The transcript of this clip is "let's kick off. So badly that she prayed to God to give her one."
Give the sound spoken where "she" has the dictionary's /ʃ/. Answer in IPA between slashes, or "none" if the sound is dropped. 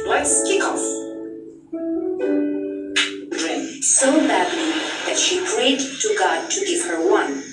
/ʃ/